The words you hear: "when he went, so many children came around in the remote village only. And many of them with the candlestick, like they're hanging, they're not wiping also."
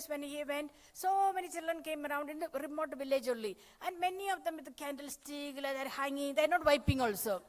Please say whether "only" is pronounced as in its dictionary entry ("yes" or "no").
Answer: no